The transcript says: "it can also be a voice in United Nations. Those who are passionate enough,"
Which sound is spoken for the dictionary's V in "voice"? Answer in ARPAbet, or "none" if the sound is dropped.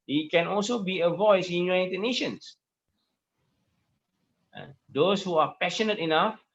V